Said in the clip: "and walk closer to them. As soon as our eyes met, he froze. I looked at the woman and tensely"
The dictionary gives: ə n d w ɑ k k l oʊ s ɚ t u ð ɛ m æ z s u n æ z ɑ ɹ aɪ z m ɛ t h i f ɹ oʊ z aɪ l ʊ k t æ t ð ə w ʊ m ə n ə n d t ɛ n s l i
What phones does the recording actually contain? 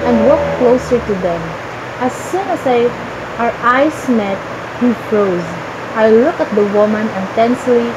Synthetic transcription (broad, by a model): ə n d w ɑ k k l oʊ s ɚ t u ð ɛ m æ s u n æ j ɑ ɹ aɪ s m ɛ t h i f ɹ oʊ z aɪ l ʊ k æ t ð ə w ʊ m ə n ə n t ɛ n s l i